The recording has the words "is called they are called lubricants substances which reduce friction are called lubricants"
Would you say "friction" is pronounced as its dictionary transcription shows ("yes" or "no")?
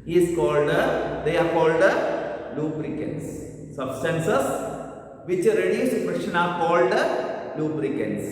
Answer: no